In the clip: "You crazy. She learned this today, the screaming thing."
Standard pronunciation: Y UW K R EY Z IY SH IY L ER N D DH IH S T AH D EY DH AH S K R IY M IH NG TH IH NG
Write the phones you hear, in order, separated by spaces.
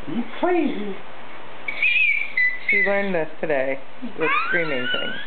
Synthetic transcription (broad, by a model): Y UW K L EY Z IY SH IY L ER N D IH S T AH D EY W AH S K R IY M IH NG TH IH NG